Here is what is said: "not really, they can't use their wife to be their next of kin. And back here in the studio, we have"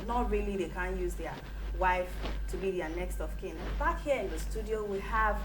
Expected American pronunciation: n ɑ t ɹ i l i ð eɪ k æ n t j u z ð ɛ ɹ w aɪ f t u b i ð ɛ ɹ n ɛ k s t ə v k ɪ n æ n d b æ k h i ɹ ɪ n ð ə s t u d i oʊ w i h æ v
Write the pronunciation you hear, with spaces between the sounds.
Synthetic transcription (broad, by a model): n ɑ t ɹ i l i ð eɪ k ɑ n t j u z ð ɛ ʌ w aɪ f t u b i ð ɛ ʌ n ɛ k s t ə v k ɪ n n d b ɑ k h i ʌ ɪ n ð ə s t u d i oʊ w i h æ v